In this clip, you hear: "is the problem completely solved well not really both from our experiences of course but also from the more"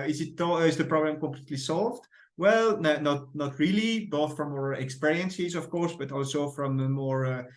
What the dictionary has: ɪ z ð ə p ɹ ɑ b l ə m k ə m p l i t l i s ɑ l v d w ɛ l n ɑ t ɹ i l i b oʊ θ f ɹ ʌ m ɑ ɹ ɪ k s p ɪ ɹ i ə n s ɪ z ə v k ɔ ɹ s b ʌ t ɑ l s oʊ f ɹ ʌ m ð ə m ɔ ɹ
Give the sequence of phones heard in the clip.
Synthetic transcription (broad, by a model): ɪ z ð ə p ɹ ɑ b l ə m k ə m p l i t l i s ɑ l v d w ɛ l n ɑ t ɹ i l i b oʊ θ f ɹ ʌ m ɑ ɹ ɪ k s p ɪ ɹ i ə n s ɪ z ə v k ɔ ɹ s b ʌ t ɑ l s oʊ f ɹ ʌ m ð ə m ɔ ɹ